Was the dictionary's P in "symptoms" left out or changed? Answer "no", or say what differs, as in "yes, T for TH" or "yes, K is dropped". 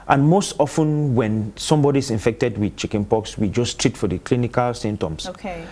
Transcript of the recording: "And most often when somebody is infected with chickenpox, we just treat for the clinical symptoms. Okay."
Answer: yes, P is dropped